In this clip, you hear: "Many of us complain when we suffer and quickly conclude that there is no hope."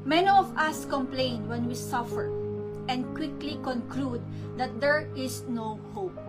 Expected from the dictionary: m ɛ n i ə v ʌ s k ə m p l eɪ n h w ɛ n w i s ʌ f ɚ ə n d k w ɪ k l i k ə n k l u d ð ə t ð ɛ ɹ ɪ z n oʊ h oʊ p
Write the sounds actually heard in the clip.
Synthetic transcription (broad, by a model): m ɛ n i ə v ʌ s k ə m p l eɪ n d w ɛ n w i s ʌ f ɚ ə n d k w ɪ k l i k ə n k l u d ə t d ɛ ɹ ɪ s n oʊ h oʊ p